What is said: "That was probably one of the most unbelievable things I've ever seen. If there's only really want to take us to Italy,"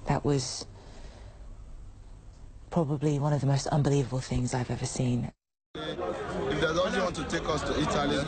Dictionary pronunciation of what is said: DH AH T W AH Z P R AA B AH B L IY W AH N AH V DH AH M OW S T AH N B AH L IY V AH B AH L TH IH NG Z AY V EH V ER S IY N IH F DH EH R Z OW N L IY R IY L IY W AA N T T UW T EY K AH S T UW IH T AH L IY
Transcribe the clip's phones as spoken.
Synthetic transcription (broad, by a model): DH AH T W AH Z P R AA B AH B L IY W AH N AH V DH AH M OW S T AH N B AH L IY V AH B AH L TH IH NG Z AY V EH V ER S IY N IH F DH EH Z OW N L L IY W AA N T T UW T EY K AH S T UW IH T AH L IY